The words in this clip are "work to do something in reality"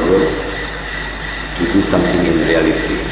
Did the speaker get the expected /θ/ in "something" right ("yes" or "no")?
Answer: no